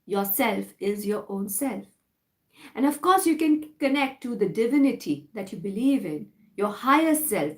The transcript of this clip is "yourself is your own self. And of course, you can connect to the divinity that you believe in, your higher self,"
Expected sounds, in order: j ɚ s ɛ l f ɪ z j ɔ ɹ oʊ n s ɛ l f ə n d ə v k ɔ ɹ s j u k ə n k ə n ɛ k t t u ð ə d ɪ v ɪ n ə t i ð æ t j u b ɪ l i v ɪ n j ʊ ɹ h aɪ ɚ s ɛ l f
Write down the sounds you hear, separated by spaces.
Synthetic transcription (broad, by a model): j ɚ s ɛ l f ɪ z j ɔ ɹ oʊ n s ɛ l f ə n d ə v k ɔ ɹ s j u k ə n k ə n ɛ k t t u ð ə d ɪ v ɪ n ə t i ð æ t j u b ɪ l i v ɪ n j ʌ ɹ h aɪ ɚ s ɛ l f